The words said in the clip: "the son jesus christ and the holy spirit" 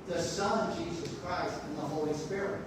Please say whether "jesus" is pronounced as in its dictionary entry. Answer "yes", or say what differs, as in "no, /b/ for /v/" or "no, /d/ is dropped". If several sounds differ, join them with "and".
yes